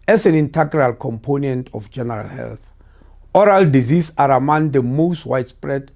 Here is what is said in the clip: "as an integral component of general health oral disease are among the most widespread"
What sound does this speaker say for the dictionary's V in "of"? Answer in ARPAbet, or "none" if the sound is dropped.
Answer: F